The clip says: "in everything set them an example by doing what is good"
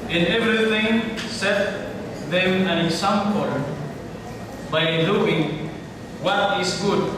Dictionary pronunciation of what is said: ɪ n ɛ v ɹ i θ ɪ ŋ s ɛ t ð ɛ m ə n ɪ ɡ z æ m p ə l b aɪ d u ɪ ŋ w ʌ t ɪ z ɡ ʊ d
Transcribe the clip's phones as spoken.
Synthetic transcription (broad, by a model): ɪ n ɛ v ɹ i θ ɪ ŋ s ɛ t ð ɛ m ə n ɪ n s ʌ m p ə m b aɪ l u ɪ ŋ w ʌ t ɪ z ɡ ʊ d